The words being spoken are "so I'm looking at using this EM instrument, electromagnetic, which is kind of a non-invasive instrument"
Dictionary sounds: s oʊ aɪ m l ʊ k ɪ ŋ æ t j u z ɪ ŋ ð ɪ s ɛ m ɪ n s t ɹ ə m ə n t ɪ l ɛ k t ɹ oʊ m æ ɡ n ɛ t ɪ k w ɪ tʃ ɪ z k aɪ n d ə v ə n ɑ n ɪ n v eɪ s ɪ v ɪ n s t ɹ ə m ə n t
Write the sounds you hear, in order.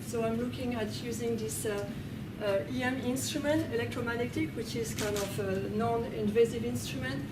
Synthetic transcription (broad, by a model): s oʊ aɪ m l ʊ k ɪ ŋ æ t j u z ɪ ŋ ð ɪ s ɛ m ɪ n s t ɹ ə m ə n t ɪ l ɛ k t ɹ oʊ m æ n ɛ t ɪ k w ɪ tʃ ɪ z k aɪ n d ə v ə n ɑ n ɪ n v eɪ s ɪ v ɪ n s t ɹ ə m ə n t